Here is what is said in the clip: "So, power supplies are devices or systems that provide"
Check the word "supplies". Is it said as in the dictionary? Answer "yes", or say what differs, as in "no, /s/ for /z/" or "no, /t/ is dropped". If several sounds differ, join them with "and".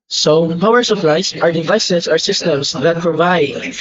no, /s/ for /z/